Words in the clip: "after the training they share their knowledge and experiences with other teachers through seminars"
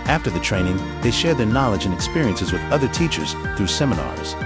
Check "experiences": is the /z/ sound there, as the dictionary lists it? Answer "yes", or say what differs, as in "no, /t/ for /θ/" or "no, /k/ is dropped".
yes